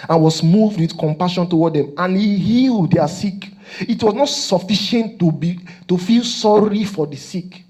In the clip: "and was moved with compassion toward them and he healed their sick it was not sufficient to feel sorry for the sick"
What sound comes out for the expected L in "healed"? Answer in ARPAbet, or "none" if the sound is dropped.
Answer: L